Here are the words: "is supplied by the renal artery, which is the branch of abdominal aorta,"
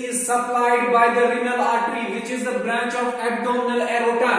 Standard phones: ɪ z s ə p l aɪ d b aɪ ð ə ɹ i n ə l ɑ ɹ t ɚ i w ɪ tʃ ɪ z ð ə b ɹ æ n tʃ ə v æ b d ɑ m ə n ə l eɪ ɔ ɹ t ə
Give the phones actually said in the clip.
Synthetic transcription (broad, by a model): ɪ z s ə p l aɪ d b aɪ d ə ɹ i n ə l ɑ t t i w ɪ tʃ ɪ z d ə b ɹ æ n tʃ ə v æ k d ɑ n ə l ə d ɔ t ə